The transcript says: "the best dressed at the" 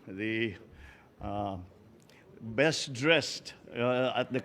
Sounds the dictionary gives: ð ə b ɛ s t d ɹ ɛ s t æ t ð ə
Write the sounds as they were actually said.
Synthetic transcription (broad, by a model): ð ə b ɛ s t d ɹ ɛ s t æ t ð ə